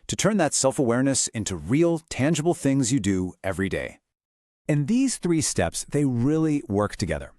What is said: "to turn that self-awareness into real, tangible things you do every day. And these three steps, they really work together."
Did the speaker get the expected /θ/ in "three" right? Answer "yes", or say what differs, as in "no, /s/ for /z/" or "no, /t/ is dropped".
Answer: yes